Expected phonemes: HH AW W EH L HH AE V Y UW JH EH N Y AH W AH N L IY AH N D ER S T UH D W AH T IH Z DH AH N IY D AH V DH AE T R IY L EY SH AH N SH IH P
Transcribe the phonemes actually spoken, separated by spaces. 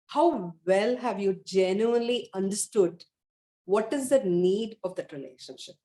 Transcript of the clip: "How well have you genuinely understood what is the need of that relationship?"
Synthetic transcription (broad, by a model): HH AW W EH L HH AE V Y UW JH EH N Y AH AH N L IY AH N D ER S T UH D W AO T IH Z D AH N IY D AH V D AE T R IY L EY SH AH N SH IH P